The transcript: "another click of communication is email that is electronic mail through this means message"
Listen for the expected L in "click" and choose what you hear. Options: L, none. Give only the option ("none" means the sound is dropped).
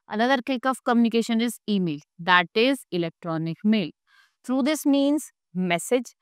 none